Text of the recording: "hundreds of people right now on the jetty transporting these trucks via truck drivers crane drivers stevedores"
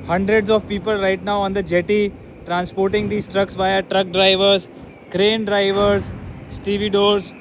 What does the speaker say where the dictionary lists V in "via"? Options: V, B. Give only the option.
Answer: V